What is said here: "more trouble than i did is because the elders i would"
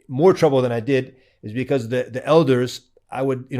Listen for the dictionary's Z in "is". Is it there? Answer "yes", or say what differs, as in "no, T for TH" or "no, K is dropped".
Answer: yes